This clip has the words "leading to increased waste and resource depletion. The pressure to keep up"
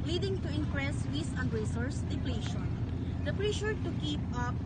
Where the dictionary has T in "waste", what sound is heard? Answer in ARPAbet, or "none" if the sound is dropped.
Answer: none